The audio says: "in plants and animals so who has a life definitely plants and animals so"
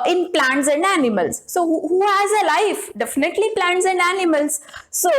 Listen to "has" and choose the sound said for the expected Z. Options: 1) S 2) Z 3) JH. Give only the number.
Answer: 2